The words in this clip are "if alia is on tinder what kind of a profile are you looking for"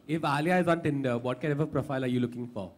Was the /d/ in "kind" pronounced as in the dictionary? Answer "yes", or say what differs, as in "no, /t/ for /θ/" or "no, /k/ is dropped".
no, /d/ is dropped